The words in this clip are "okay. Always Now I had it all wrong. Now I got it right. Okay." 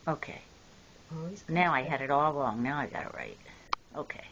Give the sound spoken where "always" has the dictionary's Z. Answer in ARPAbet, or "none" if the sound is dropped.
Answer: none